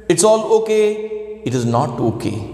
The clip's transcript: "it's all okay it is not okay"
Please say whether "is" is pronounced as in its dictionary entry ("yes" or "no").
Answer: yes